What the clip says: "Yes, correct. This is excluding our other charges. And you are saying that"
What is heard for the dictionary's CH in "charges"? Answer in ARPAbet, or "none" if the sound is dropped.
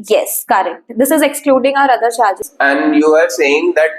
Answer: SH